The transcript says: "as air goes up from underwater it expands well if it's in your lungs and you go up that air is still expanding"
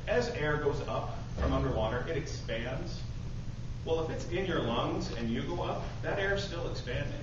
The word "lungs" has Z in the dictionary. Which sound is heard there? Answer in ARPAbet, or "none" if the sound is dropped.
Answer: Z